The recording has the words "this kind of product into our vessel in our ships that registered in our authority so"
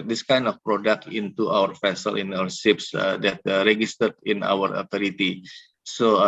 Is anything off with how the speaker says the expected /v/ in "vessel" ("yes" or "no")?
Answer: yes